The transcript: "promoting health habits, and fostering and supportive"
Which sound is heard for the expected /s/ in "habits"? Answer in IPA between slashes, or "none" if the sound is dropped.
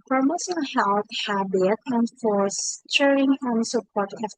none